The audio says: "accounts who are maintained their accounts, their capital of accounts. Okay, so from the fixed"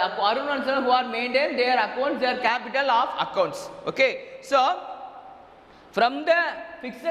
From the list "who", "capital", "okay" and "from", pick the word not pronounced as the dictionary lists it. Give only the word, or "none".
none